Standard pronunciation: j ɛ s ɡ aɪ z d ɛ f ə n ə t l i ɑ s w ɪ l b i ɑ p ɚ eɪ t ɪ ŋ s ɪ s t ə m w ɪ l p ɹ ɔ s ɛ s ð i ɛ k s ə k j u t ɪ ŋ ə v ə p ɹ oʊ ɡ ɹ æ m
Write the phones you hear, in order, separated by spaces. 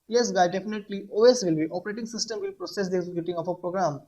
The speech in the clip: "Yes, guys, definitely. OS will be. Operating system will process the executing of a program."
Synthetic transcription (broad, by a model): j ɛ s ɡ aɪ d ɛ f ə n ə t l i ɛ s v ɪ l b i ɑ p ɚ eɪ t ɪ ŋ s ɪ s t ə m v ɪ l p ɹ ɔ s ɛ s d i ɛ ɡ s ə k j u t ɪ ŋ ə f ə p ɹ oʊ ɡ ɹ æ m